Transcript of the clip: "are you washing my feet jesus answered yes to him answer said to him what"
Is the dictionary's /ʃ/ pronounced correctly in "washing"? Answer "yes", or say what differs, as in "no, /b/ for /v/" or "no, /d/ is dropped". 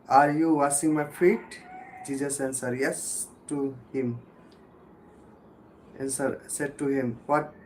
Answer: no, /s/ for /ʃ/